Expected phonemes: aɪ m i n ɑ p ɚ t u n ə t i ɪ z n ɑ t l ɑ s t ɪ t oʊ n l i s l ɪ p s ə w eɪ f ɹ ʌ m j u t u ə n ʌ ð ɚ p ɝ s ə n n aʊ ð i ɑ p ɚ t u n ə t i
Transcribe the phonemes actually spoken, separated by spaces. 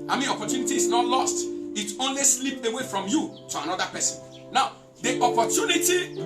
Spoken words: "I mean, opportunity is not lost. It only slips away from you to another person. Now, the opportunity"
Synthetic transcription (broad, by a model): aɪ m i n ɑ p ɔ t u n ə t i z n ɑ t l ɑ s t ɪ t oʊ n l i s l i p ə w eɪ f ɹ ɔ m j u t u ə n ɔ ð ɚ p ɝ s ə n n aʊ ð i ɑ p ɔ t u n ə t i